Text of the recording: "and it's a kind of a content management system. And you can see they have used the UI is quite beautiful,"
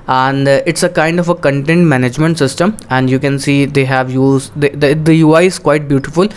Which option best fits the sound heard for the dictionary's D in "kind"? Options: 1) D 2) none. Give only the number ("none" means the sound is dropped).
1